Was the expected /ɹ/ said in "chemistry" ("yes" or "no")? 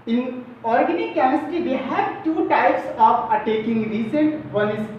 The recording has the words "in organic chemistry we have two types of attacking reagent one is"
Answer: no